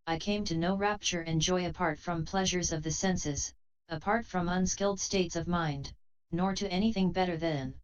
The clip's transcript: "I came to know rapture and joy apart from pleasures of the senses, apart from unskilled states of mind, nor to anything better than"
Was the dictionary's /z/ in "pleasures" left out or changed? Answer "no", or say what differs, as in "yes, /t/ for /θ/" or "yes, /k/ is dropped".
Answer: no